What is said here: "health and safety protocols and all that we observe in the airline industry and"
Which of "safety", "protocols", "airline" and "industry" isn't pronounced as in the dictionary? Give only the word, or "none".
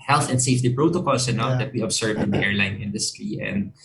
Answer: protocols